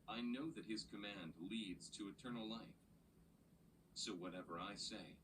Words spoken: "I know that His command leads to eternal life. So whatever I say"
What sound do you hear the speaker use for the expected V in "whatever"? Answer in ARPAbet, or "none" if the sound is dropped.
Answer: V